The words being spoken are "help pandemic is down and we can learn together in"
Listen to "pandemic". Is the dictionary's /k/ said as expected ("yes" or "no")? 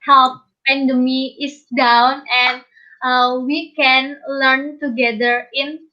no